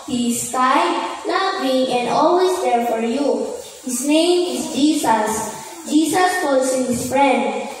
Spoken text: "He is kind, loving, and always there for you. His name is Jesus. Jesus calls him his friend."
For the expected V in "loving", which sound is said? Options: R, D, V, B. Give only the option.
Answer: B